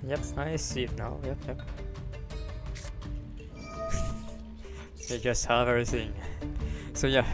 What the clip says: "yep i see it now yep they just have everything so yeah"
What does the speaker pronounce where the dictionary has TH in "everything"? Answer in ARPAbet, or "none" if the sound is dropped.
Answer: TH